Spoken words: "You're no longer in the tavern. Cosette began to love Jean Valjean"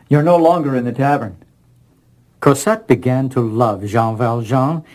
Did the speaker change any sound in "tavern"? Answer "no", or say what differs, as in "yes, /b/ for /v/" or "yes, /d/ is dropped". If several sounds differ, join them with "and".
no